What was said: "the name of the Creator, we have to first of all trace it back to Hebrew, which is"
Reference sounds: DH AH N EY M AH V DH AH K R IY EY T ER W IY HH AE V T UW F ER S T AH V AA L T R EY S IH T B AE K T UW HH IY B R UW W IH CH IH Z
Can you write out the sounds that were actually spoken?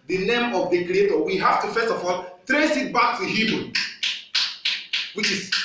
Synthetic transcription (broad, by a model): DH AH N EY M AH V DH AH K R IY EY T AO W IY HH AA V T UW F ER S T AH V AA L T R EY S IH T B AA K T UW HH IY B UW W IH CH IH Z